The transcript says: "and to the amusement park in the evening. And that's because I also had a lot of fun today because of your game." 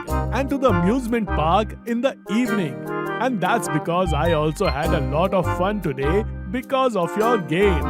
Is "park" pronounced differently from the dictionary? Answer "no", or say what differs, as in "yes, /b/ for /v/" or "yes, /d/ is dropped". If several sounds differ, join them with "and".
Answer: no